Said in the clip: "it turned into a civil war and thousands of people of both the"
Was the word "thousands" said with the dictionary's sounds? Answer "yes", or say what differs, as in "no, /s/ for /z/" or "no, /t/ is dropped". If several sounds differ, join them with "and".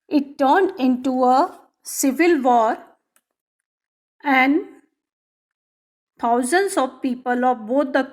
no, /t/ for /θ/